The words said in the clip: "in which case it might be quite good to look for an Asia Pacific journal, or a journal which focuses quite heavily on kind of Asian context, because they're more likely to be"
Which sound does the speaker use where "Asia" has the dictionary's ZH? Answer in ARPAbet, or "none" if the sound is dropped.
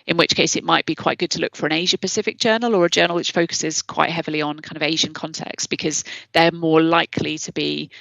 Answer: ZH